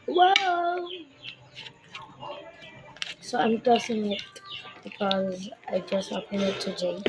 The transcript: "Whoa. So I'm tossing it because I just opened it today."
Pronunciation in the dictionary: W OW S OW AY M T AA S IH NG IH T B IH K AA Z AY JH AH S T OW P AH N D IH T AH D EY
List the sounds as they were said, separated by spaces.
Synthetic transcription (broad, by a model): W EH S OW AY M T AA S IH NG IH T B IH K AA Z AY JH AH S T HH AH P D IH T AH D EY